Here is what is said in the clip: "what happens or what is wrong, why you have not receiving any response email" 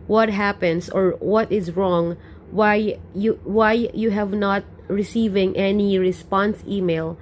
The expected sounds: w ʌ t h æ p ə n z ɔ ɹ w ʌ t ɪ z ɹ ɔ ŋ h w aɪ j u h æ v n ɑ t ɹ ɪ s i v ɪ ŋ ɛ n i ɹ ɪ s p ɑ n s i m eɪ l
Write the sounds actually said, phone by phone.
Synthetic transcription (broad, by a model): w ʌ t h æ p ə n s ɔ ɹ w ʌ t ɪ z ɹ ɔ ŋ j w aɪ j u h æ v n ɑ t ɹ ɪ s i v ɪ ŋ ɛ n i ɹ ɪ s p ɑ n s i m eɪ l